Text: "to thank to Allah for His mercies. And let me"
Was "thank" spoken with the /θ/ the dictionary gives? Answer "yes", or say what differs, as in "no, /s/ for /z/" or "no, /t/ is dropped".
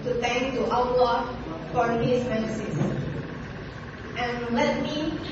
no, /t/ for /θ/